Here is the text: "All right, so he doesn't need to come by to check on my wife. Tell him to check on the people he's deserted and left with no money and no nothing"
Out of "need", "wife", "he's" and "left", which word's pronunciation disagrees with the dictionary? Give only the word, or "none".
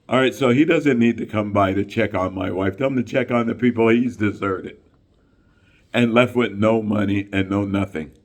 none